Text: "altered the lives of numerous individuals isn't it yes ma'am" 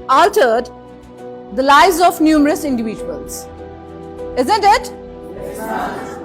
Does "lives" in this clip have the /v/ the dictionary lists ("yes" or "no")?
no